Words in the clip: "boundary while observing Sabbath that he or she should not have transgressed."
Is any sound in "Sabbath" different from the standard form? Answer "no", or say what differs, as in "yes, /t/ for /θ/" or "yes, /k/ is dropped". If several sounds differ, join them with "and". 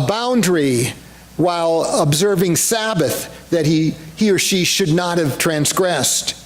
no